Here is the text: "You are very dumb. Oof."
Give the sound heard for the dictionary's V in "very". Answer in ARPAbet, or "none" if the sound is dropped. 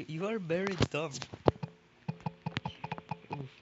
B